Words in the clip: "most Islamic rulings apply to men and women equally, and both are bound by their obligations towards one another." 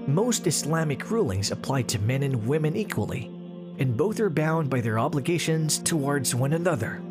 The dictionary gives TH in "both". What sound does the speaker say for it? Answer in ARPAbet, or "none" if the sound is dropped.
TH